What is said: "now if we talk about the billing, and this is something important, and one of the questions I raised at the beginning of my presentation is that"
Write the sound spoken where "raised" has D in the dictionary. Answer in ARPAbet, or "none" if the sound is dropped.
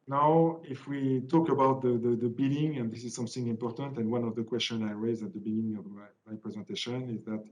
none